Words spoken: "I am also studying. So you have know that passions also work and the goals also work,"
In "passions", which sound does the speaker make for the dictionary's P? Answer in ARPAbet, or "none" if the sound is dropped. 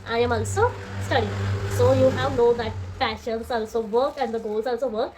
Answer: F